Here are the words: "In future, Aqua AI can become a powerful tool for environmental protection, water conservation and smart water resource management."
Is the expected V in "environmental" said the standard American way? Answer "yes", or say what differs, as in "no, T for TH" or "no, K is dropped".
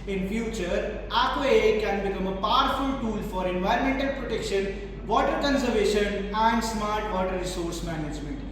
yes